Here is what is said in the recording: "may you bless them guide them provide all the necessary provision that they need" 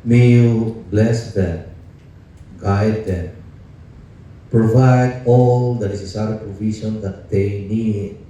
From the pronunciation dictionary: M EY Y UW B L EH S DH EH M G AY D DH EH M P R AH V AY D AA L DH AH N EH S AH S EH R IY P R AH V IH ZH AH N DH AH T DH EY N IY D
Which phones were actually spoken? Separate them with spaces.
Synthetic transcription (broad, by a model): M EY Y UW B L EH S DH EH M G AY D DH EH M P R AH V AY D AA L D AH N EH S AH S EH R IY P R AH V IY S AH N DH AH T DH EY N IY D